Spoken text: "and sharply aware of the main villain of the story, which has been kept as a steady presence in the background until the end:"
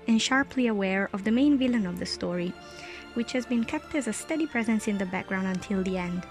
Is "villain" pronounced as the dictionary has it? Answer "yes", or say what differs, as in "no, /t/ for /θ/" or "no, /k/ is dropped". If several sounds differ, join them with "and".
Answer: yes